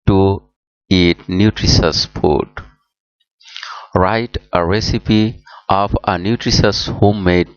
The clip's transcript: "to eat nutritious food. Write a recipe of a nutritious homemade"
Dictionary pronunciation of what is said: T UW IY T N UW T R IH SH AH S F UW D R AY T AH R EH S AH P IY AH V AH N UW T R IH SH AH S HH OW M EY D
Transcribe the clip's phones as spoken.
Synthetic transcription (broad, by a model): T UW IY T N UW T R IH S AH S P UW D R AY T AH R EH S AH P IY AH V AH N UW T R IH S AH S HH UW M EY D